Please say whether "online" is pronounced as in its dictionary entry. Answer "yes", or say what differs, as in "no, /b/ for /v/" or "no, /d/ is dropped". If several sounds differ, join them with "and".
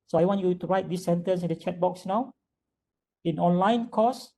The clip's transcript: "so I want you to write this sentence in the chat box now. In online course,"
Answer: yes